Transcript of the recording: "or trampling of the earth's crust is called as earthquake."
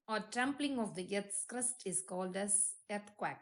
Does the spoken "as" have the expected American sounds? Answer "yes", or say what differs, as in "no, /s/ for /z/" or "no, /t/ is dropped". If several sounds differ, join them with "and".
no, /s/ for /z/